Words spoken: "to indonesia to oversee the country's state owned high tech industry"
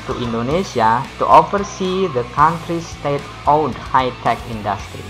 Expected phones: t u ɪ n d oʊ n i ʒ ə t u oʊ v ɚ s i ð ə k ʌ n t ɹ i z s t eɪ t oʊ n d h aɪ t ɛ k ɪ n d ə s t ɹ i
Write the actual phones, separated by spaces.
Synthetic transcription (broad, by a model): t u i n d oʊ n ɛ s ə t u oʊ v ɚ s i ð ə k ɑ n t ɹ i s t eɪ t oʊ d h aɪ t ɛ k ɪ n d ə s t ɹ i